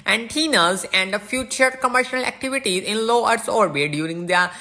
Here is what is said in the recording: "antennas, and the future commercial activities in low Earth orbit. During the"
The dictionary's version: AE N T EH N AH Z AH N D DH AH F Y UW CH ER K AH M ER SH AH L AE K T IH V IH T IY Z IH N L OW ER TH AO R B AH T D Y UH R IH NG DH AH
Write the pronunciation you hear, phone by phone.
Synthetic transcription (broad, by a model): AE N T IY N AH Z AH N D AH F Y UW CH ER K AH M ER SH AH L AE K T IH V IH T IY Z IH N L OW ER S AO R B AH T D Y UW R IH NG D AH